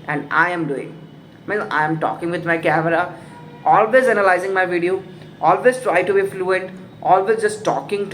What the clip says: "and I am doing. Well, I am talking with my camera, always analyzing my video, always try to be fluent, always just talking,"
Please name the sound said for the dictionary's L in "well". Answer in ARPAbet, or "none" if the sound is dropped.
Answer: N